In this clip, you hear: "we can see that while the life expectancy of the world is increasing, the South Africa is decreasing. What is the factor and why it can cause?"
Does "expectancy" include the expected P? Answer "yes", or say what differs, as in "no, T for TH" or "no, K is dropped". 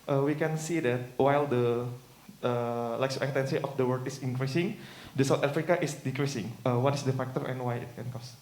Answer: no, P is dropped